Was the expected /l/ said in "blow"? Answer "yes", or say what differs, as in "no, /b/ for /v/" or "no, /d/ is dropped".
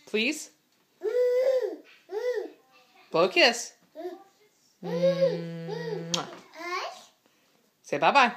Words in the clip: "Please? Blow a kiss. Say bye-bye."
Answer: no, /l/ is dropped